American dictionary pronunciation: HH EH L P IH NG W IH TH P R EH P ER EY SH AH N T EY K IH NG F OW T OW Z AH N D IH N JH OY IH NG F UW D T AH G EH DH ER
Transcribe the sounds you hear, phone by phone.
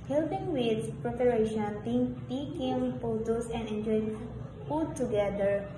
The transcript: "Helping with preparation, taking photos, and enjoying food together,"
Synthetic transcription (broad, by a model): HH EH L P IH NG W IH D P R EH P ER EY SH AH N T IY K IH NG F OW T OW S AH N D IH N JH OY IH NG F UW D T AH G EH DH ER